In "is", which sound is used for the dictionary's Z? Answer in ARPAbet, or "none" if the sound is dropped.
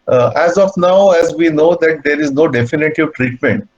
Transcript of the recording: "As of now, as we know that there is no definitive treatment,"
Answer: Z